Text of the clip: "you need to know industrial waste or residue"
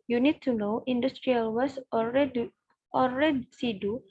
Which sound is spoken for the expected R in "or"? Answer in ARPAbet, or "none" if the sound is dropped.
L